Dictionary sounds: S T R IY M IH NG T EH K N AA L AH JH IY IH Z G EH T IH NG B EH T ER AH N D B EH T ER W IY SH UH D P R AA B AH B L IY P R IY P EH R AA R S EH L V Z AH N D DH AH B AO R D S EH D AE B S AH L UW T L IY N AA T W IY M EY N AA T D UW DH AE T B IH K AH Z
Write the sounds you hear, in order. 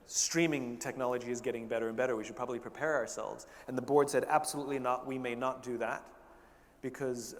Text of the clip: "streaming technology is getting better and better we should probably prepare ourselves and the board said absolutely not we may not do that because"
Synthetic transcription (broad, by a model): S T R IY M IH NG T EH K N AA L AH JH IY IH Z G EH T IH NG B EH T ER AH N B EH T ER W IY SH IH D P R AA B AH B L IY P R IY P EH R AA R S EH L V Z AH N DH AH B AO R D S EH D AE B S AH L UW T L IY N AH T W IY M EY N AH T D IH DH AE T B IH K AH Z